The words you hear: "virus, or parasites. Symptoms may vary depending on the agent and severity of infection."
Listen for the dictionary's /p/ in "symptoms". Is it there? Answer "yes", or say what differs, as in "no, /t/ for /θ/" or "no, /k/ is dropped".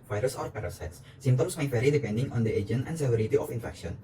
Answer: no, /p/ is dropped